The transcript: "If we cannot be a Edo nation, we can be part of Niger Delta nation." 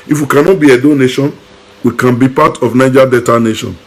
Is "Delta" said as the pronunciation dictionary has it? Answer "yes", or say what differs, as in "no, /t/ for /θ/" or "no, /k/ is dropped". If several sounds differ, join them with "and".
no, /l/ is dropped